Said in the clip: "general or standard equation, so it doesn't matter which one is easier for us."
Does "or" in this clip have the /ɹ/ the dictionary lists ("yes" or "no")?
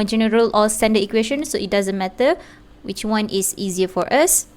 no